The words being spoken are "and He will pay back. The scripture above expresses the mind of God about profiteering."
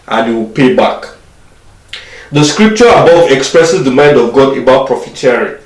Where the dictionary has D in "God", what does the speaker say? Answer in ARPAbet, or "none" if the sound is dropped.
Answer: D